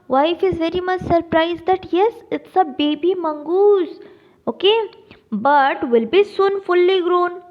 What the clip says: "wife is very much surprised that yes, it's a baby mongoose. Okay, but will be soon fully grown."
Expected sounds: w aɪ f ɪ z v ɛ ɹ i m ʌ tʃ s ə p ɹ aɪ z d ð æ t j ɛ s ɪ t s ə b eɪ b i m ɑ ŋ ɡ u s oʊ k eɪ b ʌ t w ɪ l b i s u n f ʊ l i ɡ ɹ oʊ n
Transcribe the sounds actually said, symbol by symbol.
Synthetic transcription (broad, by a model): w aɪ f ɪ z v ɛ ɹ i m ʌ tʃ s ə p ɹ aɪ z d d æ t j ɛ s ɪ t s ə b eɪ b i m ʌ ŋ ɡ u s oʊ k eɪ b ʌ t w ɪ l b i s u n f ʊ l i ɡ ɹ oʊ n